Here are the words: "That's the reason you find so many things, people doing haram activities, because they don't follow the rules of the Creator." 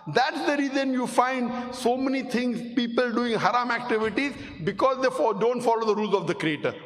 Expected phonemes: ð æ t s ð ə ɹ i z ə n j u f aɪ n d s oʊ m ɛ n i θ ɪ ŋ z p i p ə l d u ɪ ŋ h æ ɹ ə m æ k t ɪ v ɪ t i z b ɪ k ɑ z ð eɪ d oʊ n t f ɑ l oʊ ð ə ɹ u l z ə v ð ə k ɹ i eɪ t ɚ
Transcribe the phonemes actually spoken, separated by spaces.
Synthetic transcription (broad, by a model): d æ t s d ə ɹ i z ə n j u f aɪ n d s oʊ m ɛ n i t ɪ ŋ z p i p ə l d u ɪ ŋ h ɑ ɹ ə m æ k t ɪ v ɪ t i z b ɪ k ɑ z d eɪ d oʊ n t f ɑ l oʊ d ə ɹ u l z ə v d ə k ɹ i eɪ t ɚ